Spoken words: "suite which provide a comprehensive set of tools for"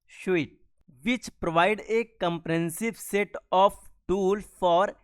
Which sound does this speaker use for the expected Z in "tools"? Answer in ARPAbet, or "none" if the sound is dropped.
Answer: none